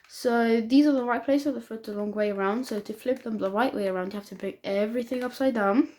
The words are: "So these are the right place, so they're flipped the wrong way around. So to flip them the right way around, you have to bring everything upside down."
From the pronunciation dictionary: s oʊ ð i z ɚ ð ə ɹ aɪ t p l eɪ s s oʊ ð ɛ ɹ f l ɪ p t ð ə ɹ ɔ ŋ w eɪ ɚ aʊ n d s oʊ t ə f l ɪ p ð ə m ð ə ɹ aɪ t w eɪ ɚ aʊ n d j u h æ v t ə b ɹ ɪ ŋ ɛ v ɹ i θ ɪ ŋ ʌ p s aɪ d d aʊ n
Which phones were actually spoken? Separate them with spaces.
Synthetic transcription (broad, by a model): s oʊ ð i z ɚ ð ə ɹ aɪ t p l eɪ s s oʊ ð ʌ f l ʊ t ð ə l ɔ ŋ w eɪ ɚ aʊ n d s oʊ t ə f l ɪ p ð ə m ð ə ɹ aɪ t w eɪ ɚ aʊ n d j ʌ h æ f t ə b ɹ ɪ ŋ ɛ v ɹ i θ ɪ ŋ ʌ p s aɪ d d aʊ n